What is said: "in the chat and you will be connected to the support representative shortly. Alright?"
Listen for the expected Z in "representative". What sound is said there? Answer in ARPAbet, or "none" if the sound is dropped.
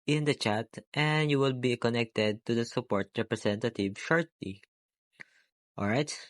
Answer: S